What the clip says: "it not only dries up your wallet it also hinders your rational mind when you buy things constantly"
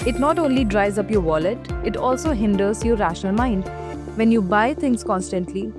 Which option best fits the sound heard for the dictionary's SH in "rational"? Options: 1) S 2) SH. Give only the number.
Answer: 2